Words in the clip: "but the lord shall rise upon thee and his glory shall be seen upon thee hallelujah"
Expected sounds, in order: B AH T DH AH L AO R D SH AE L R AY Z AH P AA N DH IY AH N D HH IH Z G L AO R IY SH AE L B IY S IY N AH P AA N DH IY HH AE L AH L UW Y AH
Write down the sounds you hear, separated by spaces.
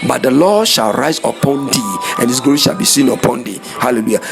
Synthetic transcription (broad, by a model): B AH T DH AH L AO SH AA L R AY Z AH P AA N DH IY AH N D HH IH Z G AO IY SH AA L B IY S IY N AH P AA N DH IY HH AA L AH L UW Y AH